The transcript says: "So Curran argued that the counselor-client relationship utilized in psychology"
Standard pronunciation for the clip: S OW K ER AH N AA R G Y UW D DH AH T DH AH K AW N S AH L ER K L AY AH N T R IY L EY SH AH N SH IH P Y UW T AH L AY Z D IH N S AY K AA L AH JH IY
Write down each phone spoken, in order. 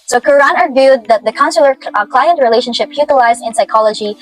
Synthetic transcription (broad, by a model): S OW K ER AH N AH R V Y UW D DH AH T DH AH K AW N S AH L ER K L AY AH N T R IY L EY SH AH N SH IH P Y UW T AH L AY Z D IH N S AY K AA L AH JH IY